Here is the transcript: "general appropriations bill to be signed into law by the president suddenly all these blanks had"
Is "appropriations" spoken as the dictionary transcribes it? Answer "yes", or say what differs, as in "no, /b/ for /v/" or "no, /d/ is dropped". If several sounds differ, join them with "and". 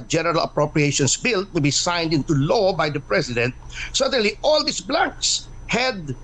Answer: no, /s/ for /z/